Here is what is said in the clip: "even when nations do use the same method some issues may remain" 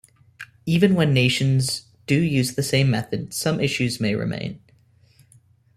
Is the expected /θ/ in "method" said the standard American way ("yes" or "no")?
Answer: yes